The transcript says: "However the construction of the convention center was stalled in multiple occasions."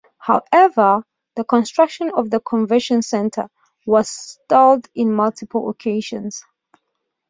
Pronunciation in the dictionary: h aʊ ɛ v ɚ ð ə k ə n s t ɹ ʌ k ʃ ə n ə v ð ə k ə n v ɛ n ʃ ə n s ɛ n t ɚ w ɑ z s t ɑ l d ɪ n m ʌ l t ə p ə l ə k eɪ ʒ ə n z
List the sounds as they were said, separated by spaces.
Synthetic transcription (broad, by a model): h aʊ ɛ v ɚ ð ə k ə n s t ɹ ʌ k ʃ ə n ə v ð ə k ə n v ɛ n ʃ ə n s ɛ n t ɚ w ɑ z s t ɑ l d ɪ n m ʌ l t ə p ə l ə k eɪ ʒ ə n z